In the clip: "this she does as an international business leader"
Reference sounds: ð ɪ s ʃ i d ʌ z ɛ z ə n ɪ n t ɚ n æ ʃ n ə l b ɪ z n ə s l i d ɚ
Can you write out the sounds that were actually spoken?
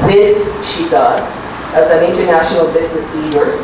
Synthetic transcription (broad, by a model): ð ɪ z ʃ i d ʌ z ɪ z ə n ɪ n t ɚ n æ ʃ n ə l b ɪ z n ə s l i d ɚ